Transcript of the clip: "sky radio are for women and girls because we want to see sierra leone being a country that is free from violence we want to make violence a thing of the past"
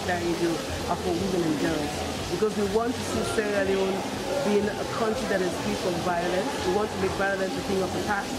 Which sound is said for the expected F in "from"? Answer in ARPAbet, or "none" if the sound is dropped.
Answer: P